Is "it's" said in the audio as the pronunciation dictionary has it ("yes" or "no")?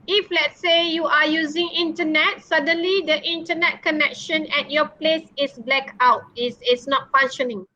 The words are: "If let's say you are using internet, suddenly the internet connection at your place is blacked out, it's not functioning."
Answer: no